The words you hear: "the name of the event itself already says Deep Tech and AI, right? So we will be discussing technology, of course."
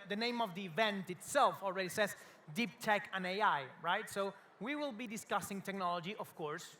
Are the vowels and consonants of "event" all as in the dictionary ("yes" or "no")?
yes